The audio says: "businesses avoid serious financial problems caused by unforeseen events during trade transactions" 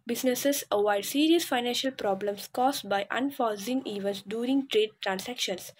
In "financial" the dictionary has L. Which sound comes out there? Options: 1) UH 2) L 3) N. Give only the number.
2